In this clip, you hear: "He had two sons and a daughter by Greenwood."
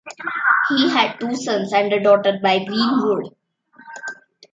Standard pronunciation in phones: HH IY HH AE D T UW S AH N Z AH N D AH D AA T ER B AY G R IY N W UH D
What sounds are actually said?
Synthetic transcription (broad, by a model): HH IY HH AE D T UW S AH N S AH N D AH D AA T ER B AY G R IY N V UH D